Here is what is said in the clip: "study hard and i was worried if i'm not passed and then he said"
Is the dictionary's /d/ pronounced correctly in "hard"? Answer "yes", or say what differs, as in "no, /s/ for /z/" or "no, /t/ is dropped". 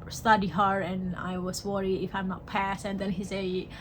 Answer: no, /d/ is dropped